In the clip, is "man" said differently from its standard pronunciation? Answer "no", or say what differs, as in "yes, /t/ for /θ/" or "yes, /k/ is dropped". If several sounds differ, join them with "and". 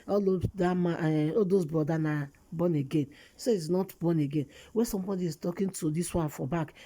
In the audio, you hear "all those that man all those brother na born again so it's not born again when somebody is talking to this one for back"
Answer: yes, /n/ is dropped